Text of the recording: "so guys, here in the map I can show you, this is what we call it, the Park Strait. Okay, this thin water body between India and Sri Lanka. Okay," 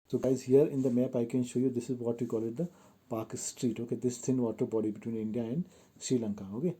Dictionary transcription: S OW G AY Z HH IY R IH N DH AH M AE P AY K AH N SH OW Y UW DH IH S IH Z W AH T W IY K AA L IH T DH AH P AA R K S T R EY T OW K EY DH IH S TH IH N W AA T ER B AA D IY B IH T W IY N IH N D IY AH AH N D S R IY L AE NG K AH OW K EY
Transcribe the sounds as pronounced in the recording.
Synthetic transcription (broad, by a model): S OW G AY Z HH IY R IH N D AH M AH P AY K AH N SH OW Y UW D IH S IH Z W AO T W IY K AA L IH T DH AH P AA K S T R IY T OW K EY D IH S S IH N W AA T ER B AA D IY B IH T W IY N IH N D IY AH AH N D S R IY L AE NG K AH OW K EY